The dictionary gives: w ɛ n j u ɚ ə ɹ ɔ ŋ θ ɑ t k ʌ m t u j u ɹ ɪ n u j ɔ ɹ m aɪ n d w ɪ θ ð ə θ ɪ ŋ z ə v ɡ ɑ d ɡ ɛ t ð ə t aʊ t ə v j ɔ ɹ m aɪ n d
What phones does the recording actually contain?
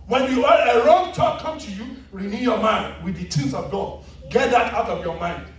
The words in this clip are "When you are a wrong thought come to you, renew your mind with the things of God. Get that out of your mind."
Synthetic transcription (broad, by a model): w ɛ n j u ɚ ə ɹ ɔ ŋ t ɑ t k ʌ m t u j u ɹ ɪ n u j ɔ m aɪ n d w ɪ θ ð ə t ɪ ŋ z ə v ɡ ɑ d ɡ ɛ t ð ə t aʊ t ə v j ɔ m aɪ n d